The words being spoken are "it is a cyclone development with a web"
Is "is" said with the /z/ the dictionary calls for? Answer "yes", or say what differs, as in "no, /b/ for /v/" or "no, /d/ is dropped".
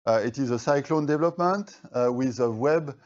yes